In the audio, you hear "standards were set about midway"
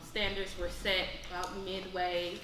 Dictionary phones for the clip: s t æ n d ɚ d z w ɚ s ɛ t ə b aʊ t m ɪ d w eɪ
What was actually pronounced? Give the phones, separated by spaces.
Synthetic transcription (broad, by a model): s t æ n d ɚ d z w ɚ s ɛ t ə ʊ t m ɪ d w eɪ